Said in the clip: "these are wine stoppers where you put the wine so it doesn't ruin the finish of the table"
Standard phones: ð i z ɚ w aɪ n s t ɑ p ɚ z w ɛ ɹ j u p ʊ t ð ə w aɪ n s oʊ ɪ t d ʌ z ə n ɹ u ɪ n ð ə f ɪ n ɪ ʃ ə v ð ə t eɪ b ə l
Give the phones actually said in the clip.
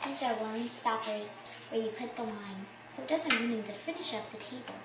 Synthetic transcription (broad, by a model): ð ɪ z ɚ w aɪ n s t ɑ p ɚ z w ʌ ɹ j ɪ p ʊ t ð ə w aɪ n s oʊ ɪ t d ʌ z ə n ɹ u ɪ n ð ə f ɪ n ɪ ʃ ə p ð ə t eɪ b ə l